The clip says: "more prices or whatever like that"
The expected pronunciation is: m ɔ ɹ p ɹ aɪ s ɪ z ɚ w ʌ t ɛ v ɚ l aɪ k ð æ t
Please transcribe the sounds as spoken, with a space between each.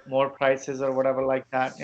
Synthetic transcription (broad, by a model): m ɔ ɹ p ɹ aɪ s ɪ z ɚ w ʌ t ɛ v ɚ l aɪ k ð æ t